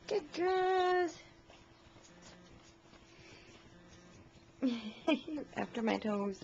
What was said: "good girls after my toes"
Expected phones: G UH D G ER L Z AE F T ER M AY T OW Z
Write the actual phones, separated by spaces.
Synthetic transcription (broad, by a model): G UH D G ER Z AE F T ER M AY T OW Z